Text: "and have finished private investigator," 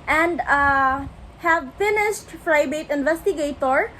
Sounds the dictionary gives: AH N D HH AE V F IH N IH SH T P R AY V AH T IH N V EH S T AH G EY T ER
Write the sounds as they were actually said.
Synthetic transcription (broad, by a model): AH N D HH AE V F IH N IH SH T F R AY B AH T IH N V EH S T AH G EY T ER